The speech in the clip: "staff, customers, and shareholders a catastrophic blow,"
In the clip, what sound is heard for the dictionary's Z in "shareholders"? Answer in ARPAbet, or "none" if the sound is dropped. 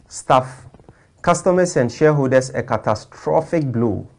S